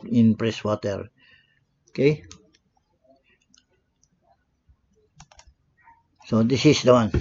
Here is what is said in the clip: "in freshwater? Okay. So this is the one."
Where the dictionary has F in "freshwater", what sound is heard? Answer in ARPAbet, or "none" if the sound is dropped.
P